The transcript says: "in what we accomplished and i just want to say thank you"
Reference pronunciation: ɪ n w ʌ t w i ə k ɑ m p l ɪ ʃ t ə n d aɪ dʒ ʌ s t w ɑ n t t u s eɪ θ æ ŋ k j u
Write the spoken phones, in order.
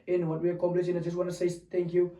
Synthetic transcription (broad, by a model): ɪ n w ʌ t w i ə k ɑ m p l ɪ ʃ ə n aɪ dʒ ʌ s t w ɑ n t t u s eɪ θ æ ŋ k j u